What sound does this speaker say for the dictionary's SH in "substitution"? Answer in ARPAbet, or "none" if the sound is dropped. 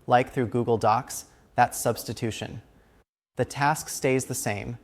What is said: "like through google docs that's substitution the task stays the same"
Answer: SH